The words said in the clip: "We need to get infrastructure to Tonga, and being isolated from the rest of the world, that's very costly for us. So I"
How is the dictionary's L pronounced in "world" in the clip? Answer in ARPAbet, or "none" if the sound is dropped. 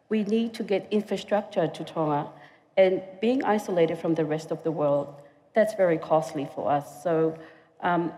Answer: L